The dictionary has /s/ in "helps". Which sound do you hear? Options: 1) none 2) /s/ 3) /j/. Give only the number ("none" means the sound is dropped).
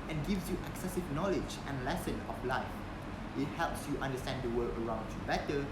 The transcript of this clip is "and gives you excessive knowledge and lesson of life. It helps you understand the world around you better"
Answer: 2